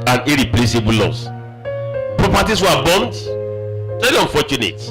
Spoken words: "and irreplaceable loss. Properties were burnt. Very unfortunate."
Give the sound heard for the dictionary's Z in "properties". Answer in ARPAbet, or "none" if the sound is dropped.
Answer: S